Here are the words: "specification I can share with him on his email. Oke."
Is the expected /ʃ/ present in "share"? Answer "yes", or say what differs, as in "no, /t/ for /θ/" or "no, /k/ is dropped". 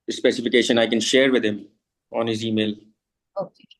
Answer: yes